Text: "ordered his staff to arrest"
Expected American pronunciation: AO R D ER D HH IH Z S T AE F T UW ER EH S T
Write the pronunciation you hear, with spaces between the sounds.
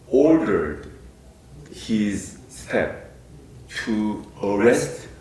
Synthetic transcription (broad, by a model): AO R D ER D HH IH Z S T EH P T UW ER EH S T